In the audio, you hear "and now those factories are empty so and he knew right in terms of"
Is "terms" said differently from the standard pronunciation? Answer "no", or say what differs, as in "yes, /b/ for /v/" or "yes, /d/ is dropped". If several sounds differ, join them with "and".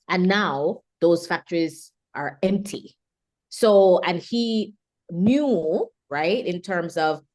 no